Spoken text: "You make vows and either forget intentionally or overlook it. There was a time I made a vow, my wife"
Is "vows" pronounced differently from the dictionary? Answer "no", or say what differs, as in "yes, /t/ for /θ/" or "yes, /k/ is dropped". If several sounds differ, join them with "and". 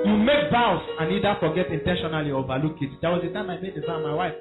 yes, /b/ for /v/